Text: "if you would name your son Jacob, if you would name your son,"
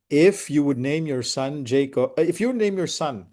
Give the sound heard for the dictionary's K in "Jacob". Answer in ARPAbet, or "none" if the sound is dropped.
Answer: none